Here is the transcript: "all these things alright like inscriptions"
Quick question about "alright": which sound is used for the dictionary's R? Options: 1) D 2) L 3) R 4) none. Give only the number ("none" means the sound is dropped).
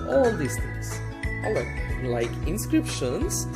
4